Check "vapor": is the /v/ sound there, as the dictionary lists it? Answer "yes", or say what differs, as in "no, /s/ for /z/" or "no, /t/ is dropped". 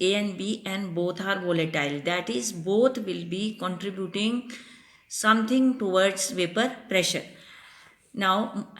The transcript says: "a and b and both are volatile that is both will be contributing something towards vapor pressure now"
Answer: yes